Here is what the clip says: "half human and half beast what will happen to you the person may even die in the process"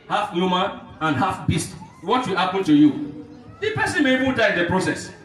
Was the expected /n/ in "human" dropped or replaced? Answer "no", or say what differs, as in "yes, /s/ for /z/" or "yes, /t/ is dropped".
yes, /n/ is dropped